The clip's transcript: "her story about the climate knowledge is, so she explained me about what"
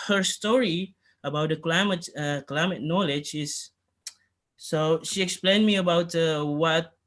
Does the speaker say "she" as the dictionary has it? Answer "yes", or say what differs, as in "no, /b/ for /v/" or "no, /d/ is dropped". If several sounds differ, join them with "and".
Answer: yes